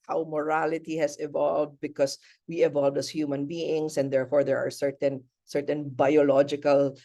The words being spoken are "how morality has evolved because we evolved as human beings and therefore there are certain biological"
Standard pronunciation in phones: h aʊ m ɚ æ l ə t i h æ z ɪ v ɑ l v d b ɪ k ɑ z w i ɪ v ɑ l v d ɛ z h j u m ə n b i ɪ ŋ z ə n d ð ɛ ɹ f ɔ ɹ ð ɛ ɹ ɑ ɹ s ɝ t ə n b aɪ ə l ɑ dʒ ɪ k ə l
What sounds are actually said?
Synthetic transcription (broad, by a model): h aʊ m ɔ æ l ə t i h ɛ s ɪ v ɑ l v d b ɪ k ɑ s w i ɪ v ɑ l v d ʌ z h j u m ə n b i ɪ ŋ s ə n d ɛ ɹ f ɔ ɹ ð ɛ ɹ ɑ ɹ s ɝ t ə n b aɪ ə l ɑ dʒ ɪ k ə l